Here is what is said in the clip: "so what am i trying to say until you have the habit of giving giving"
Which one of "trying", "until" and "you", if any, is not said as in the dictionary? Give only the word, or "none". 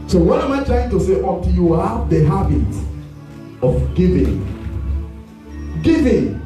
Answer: until